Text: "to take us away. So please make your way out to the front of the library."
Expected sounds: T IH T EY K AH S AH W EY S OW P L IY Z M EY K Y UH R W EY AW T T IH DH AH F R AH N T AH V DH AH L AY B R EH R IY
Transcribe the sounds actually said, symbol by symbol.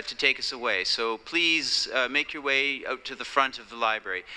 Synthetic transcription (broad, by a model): T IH T EY K AH S AH W EY S OW P L IY Z M EY K Y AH R W EY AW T T IH DH AH F R AH N T AH V DH AH L AY B R EH R IY